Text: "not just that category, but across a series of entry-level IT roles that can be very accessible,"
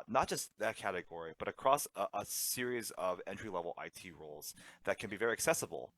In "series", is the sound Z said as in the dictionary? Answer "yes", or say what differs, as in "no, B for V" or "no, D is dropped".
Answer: yes